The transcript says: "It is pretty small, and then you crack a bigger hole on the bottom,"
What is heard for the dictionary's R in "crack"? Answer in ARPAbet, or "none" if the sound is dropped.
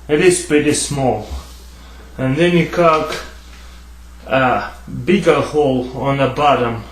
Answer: none